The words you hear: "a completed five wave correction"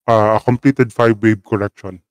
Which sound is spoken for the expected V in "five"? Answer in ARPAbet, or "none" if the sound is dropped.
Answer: B